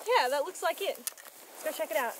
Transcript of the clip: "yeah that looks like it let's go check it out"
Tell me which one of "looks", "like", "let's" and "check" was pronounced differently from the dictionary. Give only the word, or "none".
let's